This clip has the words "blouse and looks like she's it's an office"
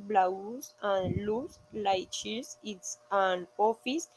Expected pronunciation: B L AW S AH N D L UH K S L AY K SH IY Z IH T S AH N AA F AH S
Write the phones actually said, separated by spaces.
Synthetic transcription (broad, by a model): B L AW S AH N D L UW S L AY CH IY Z IH T S AH N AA F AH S